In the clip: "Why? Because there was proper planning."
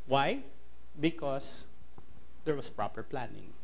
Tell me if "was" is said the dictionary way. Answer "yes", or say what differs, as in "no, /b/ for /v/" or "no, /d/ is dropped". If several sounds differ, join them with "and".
no, /s/ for /z/